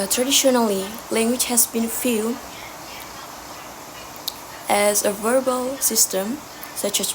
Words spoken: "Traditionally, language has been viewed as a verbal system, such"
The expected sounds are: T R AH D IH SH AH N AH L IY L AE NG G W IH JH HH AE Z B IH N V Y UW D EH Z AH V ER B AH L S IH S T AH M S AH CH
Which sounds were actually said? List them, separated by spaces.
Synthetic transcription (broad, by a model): T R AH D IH SH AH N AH L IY L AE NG G W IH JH HH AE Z B IH N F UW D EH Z AH V ER B AH L S IH S T AH M S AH CH